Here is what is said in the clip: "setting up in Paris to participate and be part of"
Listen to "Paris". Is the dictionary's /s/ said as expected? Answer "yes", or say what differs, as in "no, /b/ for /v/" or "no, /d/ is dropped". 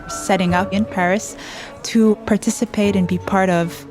yes